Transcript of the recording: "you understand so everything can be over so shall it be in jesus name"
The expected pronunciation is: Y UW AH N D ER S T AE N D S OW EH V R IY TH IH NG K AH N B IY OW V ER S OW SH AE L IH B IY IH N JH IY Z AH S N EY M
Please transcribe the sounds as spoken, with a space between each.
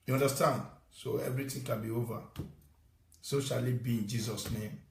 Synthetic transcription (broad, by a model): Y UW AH N D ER S T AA N D S OW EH V R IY T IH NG K AH N B IY OW V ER S OW SH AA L IH B IY IH N JH IY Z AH S N EY M